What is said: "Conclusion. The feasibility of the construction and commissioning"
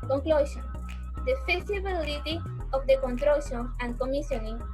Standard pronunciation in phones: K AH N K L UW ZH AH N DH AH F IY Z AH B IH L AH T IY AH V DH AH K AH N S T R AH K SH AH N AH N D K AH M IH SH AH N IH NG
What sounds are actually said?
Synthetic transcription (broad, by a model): K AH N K L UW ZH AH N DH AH F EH S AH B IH L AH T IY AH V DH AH K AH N T R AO SH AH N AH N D K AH M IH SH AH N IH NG